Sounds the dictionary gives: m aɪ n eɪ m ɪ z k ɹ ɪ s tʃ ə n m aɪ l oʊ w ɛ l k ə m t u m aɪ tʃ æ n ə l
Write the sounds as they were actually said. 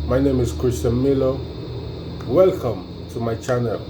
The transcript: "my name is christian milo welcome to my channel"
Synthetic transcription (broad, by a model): m aɪ n eɪ m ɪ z k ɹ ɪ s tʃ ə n m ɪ l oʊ w ɛ l k ə m t u m aɪ tʃ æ n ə l